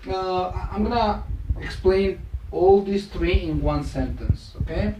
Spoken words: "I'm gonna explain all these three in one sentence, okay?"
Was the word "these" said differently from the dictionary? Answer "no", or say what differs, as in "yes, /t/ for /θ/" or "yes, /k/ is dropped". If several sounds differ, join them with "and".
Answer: yes, /s/ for /z/